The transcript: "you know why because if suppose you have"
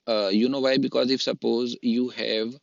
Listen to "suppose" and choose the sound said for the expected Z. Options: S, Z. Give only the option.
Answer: Z